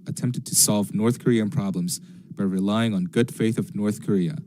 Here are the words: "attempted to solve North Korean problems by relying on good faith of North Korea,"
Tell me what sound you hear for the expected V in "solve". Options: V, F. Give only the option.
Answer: V